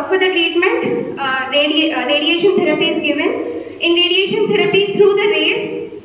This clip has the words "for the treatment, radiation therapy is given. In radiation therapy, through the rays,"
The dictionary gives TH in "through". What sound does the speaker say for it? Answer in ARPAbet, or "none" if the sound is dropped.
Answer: T